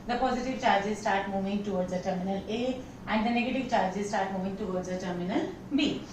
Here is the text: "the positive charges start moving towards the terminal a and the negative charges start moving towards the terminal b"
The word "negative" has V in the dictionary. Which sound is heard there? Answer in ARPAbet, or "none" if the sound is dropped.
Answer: V